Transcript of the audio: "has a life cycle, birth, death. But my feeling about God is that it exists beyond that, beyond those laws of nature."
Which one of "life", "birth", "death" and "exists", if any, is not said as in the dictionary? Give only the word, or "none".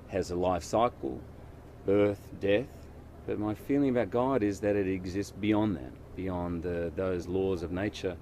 none